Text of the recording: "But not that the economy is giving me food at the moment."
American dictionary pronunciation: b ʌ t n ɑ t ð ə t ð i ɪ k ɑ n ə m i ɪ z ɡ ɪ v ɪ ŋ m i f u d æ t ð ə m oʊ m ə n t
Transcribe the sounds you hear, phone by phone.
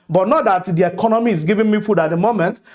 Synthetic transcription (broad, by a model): b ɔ t n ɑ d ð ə t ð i ɪ k ɑ n ə m i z ɡ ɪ v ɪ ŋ m i f u d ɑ t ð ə m oʊ m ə n t